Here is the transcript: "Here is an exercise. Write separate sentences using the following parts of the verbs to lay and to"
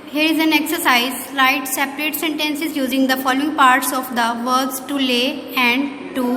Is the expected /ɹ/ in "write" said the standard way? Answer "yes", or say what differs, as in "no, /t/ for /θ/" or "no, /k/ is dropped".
no, /l/ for /ɹ/